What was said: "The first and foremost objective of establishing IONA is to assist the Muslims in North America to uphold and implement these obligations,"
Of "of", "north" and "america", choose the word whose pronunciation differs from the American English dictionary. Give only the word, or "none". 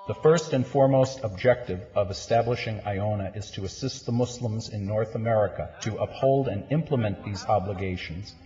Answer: none